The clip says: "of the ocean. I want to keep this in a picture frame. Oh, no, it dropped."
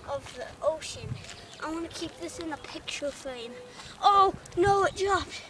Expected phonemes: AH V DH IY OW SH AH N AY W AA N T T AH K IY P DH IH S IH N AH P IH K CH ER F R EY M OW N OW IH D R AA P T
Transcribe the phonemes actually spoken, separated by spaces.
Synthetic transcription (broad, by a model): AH V DH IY OW SH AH N AY W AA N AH K IY P DH IH S IH N AH P IH K CH ER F EY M OW N OW IH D R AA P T